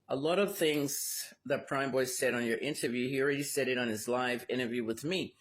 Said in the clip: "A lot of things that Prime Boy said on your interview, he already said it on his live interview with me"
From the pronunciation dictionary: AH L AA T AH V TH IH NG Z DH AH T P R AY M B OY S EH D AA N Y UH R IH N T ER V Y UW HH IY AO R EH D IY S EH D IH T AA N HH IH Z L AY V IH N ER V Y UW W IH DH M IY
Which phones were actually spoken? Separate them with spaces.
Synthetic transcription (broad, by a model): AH L AA T AH V TH IH NG Z DH AH T P R AY M B OY S EH D N Y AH R IH N T ER V Y UW HH IY R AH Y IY S EH D IH T N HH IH Z L AY V IH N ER V Y UW W IH DH M IY